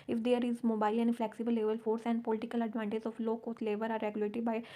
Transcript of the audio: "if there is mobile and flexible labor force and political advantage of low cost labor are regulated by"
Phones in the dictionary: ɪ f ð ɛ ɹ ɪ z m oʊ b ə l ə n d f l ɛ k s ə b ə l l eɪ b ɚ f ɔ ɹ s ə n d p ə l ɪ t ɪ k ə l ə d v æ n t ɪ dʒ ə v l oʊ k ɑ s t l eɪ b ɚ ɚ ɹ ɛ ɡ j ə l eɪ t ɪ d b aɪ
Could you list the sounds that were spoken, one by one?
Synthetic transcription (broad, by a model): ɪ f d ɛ ɹ ɪ z m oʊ b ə l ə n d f l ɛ k s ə b ə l l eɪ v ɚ f ɔ ɹ s ə n d p ə l ɪ t ɪ k ə l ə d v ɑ n t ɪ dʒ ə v l oʊ k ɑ t l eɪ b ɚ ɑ ɹ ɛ ɡ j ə l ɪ t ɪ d b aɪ